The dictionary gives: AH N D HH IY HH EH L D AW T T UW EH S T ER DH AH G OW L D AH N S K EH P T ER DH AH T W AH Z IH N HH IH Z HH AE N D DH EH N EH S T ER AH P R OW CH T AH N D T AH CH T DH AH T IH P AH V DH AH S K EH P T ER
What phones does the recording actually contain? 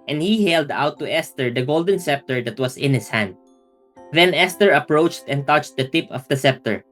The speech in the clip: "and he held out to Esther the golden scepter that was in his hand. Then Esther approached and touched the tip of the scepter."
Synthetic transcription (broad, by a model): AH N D HH IY HH EH L D AW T T UW EH S T ER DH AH G OW L D AH N S EH P T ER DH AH T W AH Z IH N HH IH S HH AE N D DH EH N EH S T ER AH P R OW CH T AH N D T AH CH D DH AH T IH P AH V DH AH S EH P T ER